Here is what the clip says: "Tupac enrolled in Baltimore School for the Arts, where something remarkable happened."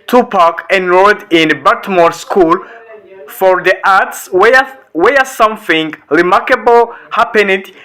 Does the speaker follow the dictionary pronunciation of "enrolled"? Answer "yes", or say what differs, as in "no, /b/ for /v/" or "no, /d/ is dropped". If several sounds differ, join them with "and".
no, /l/ is dropped